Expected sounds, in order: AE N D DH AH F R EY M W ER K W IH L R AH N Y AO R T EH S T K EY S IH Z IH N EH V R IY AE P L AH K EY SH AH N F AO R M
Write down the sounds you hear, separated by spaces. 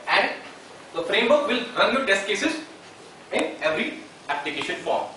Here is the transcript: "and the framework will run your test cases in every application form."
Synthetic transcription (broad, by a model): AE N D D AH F R EY M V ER K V IH L R AH N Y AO T EH S T K EY S IH Z IH N EH V R IY AE P L AH K EY SH AH N F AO R M